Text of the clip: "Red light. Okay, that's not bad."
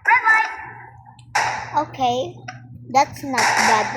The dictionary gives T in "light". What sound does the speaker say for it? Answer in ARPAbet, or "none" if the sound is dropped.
none